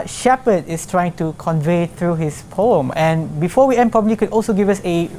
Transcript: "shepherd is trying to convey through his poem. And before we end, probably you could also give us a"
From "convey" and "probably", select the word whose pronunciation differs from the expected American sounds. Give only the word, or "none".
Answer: none